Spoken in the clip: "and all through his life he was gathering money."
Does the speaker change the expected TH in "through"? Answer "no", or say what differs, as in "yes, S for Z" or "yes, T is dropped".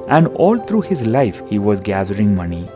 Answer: yes, T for TH